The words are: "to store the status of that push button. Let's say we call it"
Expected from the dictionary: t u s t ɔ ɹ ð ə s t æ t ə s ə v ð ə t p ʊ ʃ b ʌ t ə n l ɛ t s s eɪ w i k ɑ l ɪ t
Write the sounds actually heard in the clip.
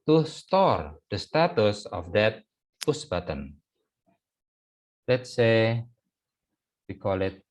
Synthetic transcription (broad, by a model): t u s t ɔ ɹ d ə s t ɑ t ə s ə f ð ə t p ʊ s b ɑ t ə n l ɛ t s s eɪ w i k ɑ l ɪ t